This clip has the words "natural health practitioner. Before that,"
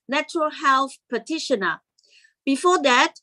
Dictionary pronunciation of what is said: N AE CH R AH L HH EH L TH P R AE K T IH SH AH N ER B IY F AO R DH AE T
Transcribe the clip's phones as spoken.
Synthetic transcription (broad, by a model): N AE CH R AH L HH EH L TH P AE T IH SH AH N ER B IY F AO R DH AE T